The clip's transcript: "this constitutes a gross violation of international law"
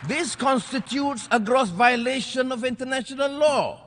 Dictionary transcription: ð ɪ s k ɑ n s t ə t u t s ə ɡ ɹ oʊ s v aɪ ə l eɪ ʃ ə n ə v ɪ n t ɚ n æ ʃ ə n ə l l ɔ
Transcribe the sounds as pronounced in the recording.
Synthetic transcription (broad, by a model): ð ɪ s k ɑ n s t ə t u t s ə ɡ ɹ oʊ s v aɪ ə l eɪ ʃ ə n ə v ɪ n t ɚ n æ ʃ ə n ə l l ɔ